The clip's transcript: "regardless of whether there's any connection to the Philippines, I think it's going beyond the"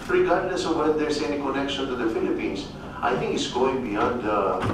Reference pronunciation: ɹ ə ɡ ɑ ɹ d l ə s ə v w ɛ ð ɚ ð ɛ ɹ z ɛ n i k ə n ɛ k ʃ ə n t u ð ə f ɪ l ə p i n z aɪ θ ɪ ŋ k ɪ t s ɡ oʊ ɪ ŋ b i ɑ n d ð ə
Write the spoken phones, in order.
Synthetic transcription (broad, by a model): ɹ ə ɡ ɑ ɹ d l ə s ə v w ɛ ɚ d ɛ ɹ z ɛ n i k ə n ɛ k ʃ ə n t u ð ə f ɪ l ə p i n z aɪ t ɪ ŋ k ɪ t s ɡ oʊ ɪ ŋ b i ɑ n d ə